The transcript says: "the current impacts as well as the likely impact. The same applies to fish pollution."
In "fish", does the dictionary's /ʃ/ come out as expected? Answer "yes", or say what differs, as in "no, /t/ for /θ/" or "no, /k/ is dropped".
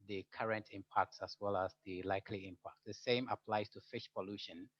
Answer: yes